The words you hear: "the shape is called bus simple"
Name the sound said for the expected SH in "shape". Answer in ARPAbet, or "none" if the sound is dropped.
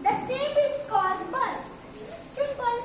S